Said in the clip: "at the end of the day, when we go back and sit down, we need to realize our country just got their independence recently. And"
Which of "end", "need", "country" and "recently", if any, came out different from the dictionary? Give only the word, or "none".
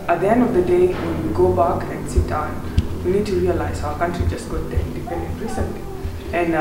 none